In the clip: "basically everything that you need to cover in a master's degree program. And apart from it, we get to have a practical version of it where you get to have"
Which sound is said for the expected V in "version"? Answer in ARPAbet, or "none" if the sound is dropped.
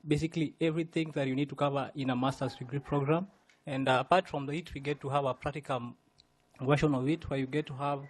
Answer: W